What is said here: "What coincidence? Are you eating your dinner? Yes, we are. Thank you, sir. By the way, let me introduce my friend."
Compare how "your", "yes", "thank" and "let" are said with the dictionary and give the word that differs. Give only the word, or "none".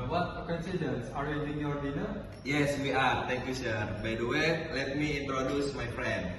thank